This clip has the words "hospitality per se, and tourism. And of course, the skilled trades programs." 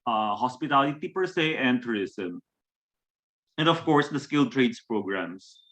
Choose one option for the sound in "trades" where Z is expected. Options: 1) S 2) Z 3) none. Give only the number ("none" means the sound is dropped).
1